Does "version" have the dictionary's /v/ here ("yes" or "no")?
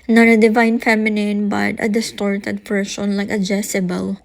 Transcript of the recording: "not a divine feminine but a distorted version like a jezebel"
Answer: no